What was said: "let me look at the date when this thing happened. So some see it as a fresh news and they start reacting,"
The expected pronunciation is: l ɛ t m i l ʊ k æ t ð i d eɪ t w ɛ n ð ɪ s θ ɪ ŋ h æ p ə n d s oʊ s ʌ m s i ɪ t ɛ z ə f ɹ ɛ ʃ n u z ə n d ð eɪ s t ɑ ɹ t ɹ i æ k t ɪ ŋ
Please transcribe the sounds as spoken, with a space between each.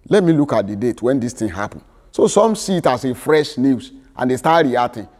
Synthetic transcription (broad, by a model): l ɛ t m i l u k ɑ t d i d eɪ t w ɛ n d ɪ s t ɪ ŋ h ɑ p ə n s oʊ s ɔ m s i t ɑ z ə f ɹ ɛ ʃ n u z ə n d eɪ s t ɑ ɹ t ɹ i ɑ t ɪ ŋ